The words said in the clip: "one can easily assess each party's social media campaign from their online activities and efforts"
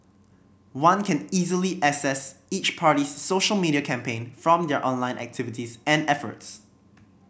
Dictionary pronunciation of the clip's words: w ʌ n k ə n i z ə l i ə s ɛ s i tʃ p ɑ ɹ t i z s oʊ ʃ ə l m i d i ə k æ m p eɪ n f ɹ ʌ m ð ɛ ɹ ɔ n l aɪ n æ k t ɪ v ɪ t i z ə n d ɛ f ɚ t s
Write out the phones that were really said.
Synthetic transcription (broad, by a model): w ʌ n k ə n i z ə l i ə s ɛ s i tʃ p ɑ ɹ t i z s oʊ ʃ ə l m i d i ə k æ m p eɪ n f ɹ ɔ m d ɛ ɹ ɔ n l aɪ n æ k t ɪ v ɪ t i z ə n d ɛ f ɚ t s